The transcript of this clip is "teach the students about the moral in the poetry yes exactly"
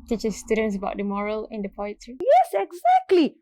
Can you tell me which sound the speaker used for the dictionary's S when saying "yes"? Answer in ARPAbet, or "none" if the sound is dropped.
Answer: S